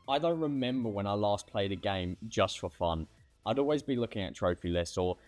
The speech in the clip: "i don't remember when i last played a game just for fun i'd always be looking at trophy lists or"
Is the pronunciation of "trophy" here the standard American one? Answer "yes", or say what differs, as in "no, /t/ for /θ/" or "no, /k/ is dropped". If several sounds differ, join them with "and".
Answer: yes